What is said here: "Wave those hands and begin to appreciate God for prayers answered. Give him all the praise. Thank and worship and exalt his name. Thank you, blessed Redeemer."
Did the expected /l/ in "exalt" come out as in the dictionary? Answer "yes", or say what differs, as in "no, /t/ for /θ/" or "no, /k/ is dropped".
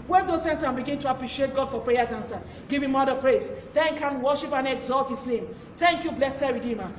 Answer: yes